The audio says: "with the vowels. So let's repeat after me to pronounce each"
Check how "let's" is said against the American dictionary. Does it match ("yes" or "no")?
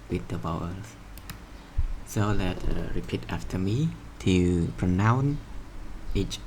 no